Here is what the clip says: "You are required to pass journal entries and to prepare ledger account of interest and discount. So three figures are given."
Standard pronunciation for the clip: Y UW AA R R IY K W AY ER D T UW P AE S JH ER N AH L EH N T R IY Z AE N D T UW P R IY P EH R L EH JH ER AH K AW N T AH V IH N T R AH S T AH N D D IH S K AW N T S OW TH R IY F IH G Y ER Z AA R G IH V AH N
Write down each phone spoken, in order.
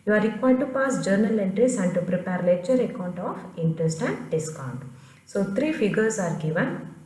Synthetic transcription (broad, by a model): Y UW AA R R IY K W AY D T UW P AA S JH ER N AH L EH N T R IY S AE N D T UW P R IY P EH R L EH CH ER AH K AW N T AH F IH N T R AH S T AH N D D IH S K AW N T S OW T R IY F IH G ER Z AA R G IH V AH N